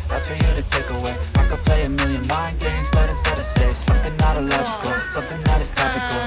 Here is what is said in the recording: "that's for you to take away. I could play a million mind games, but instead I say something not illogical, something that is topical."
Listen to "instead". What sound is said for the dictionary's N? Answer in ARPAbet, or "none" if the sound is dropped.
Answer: none